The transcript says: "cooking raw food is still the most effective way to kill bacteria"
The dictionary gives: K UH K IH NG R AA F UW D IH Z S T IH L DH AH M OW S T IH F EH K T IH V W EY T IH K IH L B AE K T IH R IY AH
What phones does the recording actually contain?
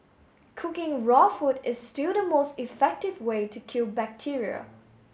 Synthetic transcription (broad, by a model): K UH K IH NG R AA F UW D IH Z S T IH L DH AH M OW S T IH F EH K T IH V W EY T IH K IH L B AE K T IH R IY AH